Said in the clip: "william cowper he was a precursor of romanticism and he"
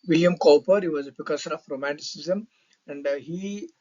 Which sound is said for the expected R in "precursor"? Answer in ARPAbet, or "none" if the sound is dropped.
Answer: none